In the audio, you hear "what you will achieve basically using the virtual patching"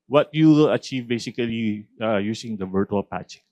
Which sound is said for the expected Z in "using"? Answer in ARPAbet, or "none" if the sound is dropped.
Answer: S